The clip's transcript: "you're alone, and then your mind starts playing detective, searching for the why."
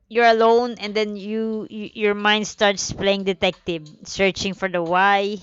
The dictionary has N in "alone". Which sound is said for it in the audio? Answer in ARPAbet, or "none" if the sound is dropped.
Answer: N